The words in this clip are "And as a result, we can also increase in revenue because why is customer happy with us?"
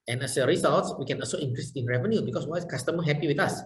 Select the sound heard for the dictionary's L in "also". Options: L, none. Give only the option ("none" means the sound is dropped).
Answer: L